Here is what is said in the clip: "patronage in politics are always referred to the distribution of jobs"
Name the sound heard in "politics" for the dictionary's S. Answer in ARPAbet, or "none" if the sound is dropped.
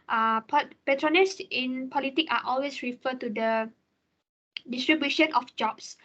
none